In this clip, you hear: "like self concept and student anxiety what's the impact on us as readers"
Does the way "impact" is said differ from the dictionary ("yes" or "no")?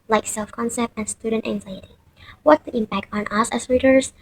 no